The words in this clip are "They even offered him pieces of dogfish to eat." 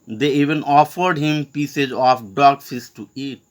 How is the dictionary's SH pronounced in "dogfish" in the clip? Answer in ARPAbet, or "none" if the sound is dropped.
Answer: S